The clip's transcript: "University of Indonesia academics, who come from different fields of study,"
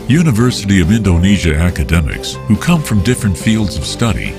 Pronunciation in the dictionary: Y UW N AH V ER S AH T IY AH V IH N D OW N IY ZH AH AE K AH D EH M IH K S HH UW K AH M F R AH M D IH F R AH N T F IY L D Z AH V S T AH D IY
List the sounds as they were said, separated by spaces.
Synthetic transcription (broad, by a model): Y UW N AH V ER S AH T IY AH V IH N D OW N IY ZH AH AE K AH D EH M IH K S HH UW K AH M F R AH M D IH F R AH N T F IY L D Z AH V S T AH D IY